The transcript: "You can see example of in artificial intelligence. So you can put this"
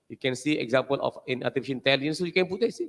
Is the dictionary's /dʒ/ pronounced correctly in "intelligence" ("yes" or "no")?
no